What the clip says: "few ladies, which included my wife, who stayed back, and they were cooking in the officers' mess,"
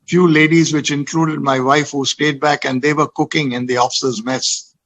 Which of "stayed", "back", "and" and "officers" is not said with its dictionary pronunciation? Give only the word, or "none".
none